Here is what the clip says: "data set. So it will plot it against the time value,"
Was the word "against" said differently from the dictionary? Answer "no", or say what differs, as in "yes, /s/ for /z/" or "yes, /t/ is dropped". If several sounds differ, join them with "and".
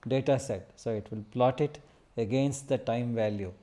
no